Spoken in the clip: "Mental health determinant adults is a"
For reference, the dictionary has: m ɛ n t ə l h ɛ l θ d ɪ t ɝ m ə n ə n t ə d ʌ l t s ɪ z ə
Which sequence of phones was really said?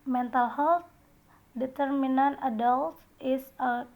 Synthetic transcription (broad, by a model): m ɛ n t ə l h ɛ l t d ɪ t ɝ m ə n ə n t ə d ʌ l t ɪ s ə